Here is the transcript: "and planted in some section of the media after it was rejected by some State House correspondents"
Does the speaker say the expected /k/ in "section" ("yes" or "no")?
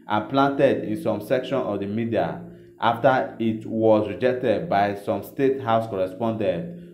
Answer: yes